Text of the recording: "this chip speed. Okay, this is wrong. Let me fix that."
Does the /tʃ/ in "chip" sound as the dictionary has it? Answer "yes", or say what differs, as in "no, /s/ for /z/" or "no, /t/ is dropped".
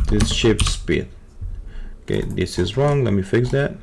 no, /ʃ/ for /tʃ/